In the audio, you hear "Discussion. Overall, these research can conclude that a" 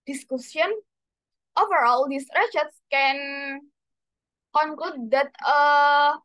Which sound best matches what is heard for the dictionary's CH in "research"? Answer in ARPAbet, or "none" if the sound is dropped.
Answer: S